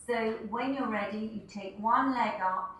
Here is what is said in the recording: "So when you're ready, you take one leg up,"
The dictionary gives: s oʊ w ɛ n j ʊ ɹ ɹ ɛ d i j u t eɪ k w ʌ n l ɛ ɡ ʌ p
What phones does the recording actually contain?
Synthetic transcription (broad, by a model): s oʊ w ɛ n j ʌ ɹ ɹ ɛ d i j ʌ t eɪ k w ʌ n l ɛ ɡ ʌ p